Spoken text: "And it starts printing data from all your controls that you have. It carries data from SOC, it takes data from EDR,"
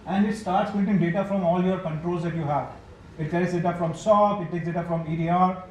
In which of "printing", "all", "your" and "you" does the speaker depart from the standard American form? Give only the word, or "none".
printing